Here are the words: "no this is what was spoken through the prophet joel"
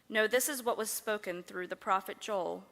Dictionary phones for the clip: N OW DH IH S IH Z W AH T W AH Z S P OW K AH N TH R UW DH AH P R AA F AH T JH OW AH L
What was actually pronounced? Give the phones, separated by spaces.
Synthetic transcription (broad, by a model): N OW DH IH S IH Z W AH T W AH Z S P OW K AH N TH R UW DH AH P R AA F AH T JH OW L